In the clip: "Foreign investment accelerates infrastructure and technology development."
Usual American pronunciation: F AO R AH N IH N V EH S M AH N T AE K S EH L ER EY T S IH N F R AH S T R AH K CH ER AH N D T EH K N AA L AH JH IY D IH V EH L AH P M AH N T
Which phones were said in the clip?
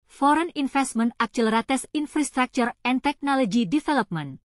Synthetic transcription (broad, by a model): F AO R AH N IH N F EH S M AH N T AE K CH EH L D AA T S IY N F R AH S T R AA K CH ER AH N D T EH K N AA L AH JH IY D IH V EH L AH P M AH N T